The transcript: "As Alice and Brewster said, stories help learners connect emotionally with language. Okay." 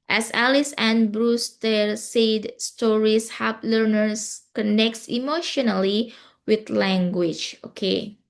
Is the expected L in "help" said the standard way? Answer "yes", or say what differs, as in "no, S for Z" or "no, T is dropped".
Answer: no, L is dropped